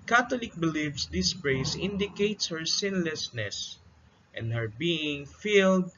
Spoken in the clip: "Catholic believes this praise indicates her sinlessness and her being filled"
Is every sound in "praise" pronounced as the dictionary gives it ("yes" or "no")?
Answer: no